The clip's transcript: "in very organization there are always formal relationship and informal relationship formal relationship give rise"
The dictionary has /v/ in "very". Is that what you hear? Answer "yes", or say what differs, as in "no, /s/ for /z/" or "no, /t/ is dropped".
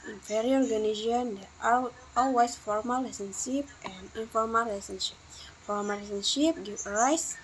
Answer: no, /f/ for /v/